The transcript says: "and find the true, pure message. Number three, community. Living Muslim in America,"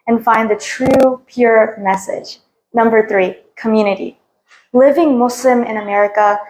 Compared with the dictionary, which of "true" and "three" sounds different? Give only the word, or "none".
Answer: none